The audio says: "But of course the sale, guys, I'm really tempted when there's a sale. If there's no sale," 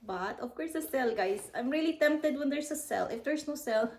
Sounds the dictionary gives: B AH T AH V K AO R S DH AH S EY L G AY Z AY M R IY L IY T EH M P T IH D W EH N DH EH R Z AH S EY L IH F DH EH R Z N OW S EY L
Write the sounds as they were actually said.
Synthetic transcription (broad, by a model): B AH T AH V K AO R S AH S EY L G AY S AY M R IY L IY T EH M P T IH D W EH N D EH R S AH S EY L IH F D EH R S N OW S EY L